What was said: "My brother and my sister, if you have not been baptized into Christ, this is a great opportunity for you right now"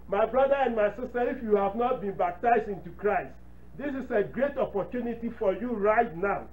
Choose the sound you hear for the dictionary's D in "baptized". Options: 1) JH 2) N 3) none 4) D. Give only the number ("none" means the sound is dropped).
4